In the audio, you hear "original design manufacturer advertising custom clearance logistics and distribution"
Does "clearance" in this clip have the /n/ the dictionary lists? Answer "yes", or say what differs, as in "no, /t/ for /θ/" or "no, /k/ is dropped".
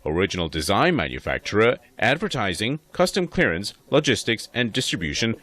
yes